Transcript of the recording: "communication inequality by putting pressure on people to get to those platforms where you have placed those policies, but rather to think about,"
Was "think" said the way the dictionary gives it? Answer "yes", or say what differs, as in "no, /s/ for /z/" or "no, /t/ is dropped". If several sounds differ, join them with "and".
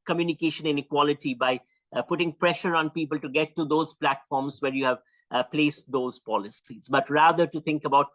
no, /t/ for /θ/